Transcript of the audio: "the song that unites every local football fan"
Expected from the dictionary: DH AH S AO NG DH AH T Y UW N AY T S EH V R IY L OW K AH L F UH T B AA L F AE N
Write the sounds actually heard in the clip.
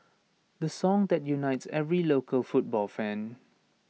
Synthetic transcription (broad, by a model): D AH S AO NG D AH T Y UW N AY T S EH V R IY L OW K AH L F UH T B AA L F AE N